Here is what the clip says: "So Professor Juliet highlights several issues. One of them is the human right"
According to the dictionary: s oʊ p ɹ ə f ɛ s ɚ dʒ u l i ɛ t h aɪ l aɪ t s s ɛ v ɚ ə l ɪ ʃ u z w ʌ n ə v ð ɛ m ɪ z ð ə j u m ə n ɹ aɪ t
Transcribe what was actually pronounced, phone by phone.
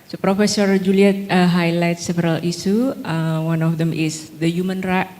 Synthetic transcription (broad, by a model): s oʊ p ɹ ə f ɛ s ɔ dʒ u l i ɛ t h aɪ l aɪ t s s ɛ v ɚ ə l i s u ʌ w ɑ n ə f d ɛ m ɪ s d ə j u m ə n ɹ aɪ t